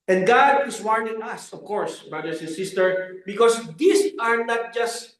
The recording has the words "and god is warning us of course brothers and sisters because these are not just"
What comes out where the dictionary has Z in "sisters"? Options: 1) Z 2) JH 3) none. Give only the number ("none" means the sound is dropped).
3